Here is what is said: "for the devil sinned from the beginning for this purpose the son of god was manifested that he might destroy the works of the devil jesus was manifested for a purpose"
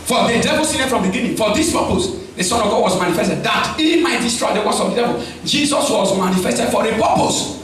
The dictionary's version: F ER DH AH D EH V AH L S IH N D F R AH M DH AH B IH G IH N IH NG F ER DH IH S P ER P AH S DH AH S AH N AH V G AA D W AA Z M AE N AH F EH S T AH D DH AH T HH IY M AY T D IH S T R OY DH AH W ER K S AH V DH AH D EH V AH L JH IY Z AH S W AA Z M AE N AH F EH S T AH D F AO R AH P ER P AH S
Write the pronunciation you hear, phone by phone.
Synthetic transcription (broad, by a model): F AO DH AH D EH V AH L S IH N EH F R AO M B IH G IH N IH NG F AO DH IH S P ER P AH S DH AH S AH N AH V G AA D W AA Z M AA N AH F EH S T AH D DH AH T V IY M AY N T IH S T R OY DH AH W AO S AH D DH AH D EH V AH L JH IY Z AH S W AA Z M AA N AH F EH S T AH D F AO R AH P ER P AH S